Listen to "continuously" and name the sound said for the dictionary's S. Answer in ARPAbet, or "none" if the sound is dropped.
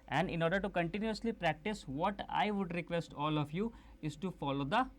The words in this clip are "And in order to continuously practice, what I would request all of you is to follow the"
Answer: S